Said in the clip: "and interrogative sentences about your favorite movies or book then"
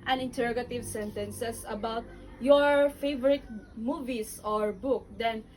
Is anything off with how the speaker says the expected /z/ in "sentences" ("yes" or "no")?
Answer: yes